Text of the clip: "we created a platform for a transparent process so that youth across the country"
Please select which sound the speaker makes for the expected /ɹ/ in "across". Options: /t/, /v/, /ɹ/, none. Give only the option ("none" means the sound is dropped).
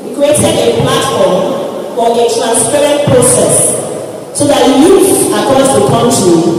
none